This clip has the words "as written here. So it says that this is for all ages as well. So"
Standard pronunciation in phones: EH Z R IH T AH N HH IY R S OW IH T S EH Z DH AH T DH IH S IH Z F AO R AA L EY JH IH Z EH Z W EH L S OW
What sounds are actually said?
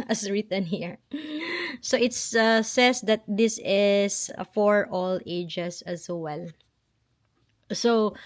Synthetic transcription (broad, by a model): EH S R IH T AH N HH IY R S OW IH T S EH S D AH T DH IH S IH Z F AO R AA L EY JH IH S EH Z W EH L S OW